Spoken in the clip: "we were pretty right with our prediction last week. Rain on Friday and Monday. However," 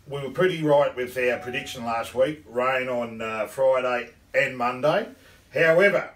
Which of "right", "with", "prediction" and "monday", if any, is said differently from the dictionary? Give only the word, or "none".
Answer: none